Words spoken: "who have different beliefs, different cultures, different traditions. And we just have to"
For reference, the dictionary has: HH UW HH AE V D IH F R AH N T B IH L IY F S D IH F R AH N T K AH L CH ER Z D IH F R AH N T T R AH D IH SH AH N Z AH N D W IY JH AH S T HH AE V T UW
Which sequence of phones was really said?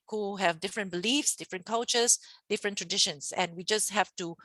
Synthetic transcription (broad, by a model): HH UW HH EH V D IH F R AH N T B IH L IY F S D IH F R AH N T K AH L CH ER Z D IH F R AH N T T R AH D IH SH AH N S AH N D W IY JH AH S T HH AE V T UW